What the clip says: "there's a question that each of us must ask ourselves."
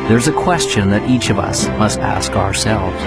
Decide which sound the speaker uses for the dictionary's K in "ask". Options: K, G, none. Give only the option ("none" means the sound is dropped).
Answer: K